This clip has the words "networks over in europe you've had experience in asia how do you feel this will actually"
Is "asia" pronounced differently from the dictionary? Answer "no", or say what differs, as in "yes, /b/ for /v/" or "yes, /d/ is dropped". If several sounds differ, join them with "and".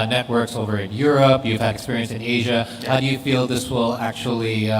no